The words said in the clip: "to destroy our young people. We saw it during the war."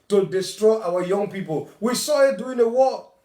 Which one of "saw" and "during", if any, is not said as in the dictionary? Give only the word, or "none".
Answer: during